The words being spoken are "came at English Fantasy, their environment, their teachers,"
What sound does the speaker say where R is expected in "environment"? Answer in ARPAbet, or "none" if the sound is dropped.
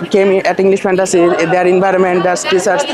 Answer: R